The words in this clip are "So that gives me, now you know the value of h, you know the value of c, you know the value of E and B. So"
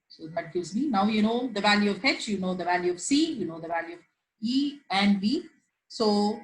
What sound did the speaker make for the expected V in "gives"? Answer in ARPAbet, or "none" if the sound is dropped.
none